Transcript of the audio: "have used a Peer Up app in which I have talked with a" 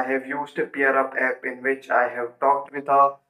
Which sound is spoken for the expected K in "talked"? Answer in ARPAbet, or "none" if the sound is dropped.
K